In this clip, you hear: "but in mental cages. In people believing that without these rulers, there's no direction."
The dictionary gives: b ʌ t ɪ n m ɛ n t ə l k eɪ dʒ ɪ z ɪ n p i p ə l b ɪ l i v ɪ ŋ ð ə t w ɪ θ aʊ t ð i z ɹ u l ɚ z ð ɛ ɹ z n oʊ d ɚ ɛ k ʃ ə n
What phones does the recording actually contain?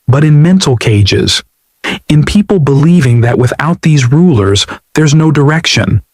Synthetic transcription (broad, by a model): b ʌ t ɪ n m ɛ n t l k eɪ dʒ ɪ z ɪ n p i p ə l b ɪ l i v ɪ ŋ ð ə t w ɪ θ aʊ t ð i z ɹ u l ɚ z ð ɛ ɹ z n oʊ d ɚ ɛ k ʃ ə n